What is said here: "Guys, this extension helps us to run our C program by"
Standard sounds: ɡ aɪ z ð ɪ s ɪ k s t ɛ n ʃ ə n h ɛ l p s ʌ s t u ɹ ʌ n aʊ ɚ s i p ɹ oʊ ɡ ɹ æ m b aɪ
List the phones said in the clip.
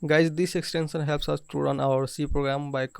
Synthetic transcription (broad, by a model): ɡ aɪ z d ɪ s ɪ k s t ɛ n s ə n h ɛ l p s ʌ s t u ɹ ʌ n aʊ ɚ s i p ɹ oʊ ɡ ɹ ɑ m b aɪ